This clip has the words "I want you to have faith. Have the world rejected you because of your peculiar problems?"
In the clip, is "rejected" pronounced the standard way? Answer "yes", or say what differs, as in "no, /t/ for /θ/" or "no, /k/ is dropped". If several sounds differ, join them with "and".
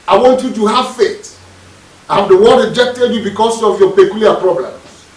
yes